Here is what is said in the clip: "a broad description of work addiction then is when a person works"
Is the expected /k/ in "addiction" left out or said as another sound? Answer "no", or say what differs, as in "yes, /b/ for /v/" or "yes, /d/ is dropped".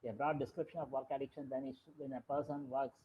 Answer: no